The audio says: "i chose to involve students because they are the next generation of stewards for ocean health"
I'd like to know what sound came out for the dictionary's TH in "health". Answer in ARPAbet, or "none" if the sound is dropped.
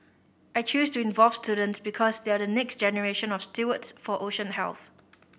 TH